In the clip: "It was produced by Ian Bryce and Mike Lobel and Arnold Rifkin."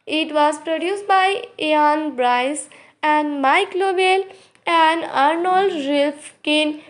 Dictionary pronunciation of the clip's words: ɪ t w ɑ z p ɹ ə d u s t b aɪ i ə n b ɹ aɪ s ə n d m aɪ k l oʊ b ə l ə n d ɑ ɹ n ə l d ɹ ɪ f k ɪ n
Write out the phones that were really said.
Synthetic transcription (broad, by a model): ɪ t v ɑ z p ɹ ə d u s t b aɪ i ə n b ɹ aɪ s ə n d m aɪ k l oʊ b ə l ə n d ɑ ɹ n ə l d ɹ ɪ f k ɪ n